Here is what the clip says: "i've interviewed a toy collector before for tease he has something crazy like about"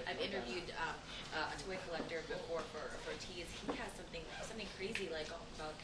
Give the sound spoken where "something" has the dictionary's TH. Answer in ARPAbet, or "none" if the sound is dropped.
TH